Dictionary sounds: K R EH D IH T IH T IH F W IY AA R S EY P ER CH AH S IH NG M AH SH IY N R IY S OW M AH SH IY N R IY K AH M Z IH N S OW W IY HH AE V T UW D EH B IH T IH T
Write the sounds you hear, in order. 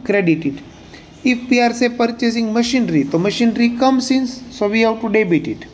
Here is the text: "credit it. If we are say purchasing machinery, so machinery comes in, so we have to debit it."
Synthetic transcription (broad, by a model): K R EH D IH T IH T IH F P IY AA R S EY P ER CH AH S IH NG M AH SH IY N R IY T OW M AH SH IY N R IY K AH M S IH N S OW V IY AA W T UW D EH B IH T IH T